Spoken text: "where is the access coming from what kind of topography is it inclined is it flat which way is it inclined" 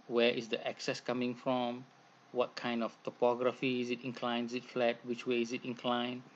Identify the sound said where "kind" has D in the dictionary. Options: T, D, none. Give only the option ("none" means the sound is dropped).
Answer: D